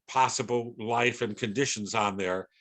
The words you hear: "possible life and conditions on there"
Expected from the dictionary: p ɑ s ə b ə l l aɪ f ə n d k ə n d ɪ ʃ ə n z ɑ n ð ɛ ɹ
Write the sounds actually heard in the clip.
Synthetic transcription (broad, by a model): p ɑ s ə b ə l l aɪ f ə n k ə n d ɪ ʃ ə n z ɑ n ð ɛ ɹ